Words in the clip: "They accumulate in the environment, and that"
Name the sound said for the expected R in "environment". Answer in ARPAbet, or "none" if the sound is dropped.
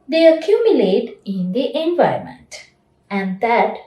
none